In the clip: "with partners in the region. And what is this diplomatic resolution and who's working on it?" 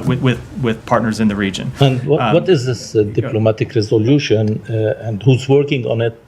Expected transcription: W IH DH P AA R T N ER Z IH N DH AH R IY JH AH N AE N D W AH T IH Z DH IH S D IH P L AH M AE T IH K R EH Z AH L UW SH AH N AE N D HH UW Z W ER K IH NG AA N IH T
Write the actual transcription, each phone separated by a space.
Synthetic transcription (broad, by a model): W IH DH P AA R T N ER Z IH N DH AH R IY JH AH N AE N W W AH T IH Z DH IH S D IH P L AH M AE T IH K R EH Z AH L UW SH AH N AE N D HH UW Z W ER K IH NG AA N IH T